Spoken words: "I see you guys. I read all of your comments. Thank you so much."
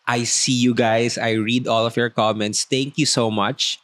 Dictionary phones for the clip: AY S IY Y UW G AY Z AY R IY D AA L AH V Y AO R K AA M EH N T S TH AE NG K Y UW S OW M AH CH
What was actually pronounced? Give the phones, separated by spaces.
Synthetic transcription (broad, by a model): AY S IY Y UW G AY S AY R IY D AA L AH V Y AO R K AA M EH N T S T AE NG K Y UW S OW M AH CH